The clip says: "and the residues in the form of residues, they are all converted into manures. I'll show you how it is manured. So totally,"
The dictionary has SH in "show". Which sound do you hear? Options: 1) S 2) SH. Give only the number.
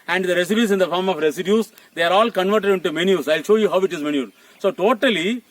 2